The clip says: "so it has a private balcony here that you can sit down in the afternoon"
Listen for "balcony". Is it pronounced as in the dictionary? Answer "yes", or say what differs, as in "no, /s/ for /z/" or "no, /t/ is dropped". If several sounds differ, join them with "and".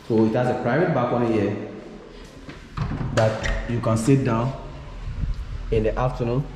no, /l/ is dropped